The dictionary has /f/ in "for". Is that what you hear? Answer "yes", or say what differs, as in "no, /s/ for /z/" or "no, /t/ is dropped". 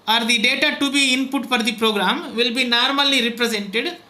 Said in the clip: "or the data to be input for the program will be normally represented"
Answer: no, /p/ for /f/